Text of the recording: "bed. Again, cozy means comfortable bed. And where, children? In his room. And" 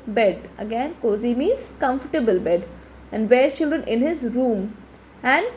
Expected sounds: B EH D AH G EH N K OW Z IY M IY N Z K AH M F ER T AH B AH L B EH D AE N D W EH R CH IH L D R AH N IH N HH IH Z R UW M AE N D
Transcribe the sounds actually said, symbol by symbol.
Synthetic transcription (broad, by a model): B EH D AH G EH N K OW Z IY M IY Z K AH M F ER T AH B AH L B EH D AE N D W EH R CH IH L D R AH N IH N HH IH Z R UW M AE N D